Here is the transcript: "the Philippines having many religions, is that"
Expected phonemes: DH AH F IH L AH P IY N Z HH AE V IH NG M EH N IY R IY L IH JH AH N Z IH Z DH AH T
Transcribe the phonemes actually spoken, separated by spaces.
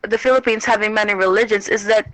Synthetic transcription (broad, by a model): DH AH F IH L AH P IY N Z HH AE V IH NG M EH N IY R IY L IH JH AH N Z IH Z DH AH T